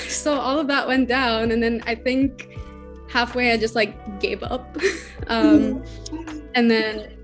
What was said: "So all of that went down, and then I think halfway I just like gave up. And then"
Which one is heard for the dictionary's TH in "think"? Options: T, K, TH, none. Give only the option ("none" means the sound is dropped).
TH